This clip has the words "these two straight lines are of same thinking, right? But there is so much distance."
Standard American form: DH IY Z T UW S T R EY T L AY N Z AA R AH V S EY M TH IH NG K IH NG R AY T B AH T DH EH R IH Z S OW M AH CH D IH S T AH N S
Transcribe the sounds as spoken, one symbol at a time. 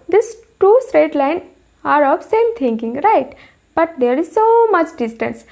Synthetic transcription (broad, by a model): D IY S T UW S T R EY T L AY N AA R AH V S EY M T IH NG K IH NG R AY T B AH T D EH R IH Z S OW M AH CH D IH S T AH N S